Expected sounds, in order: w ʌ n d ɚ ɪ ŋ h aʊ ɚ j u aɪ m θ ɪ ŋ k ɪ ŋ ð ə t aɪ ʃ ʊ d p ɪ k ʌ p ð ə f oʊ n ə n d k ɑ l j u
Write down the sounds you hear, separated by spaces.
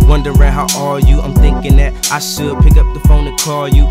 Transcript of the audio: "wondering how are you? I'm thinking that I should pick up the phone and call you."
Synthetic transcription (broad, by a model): w ʌ n d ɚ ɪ h aʊ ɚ j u aɪ m θ ɪ ŋ k ɪ ŋ ð ə t aɪ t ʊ p ɪ k ʌ p ð ə f oʊ n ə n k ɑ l j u